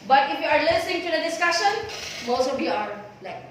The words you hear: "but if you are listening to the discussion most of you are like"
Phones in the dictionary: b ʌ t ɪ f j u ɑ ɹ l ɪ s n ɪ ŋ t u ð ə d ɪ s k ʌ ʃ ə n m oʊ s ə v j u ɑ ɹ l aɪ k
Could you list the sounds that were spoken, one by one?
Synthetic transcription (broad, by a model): b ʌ t ɪ f j u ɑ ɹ l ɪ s ɪ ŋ t u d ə d ɪ s k ʌ ʃ ə n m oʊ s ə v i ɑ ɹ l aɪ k